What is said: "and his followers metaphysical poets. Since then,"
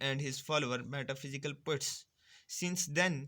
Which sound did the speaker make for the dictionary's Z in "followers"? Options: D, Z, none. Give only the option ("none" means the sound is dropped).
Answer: none